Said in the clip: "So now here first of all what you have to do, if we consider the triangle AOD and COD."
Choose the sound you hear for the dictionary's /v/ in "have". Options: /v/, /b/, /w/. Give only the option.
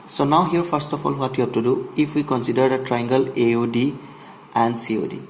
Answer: /b/